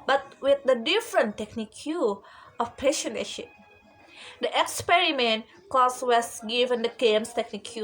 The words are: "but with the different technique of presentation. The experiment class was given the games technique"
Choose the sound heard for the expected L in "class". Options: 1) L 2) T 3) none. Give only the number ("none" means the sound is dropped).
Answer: 3